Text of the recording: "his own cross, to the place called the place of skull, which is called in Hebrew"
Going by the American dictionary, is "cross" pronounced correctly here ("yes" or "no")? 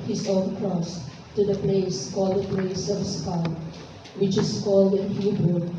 yes